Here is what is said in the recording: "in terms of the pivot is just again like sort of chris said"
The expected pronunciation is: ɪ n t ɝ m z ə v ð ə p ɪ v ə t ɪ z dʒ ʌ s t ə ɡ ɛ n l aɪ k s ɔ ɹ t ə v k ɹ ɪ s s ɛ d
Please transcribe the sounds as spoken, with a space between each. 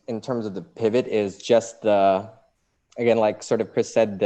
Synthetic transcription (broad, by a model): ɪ n t ɝ m z ə v ð ə p ɪ v ə t ɪ z dʒ ʌ s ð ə ɡ ɛ n l aɪ k s ɔ ɹ t ə v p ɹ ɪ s s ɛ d